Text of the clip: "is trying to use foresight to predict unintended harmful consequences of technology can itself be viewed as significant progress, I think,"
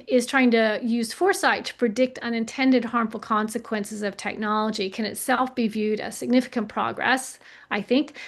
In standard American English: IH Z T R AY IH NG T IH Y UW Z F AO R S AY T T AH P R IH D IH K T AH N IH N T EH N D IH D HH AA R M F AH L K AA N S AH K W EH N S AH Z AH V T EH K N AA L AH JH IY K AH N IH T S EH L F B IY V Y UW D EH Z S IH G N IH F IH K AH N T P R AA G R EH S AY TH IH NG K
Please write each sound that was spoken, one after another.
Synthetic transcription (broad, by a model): IH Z T R AY IH NG T IH Y UW Z F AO R S AY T T AH P R IH D IH K T AH N IH N T EH N D IH D HH AA R M F L K AA N S AH K W EH N S AH Z AH V T EH K N AA L AH JH IY K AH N IH T S EH L F B IY V Y UW D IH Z S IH G N IH F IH K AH N P R AA G R EH S AY TH IH NG K